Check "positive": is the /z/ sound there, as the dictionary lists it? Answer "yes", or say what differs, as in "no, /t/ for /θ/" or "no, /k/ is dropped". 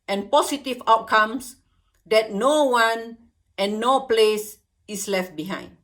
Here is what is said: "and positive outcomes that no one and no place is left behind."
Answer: no, /s/ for /z/